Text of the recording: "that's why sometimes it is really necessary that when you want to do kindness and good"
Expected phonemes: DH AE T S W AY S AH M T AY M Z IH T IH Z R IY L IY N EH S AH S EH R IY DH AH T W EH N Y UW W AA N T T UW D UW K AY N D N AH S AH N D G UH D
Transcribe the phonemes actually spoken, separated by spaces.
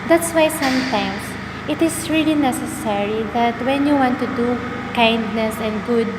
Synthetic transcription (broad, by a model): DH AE T S W AY S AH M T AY M S IH T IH S R IY L IY N EH S AH S EH R IY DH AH T W EH N Y UW W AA N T T UW D UW K AY N D N AH S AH N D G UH D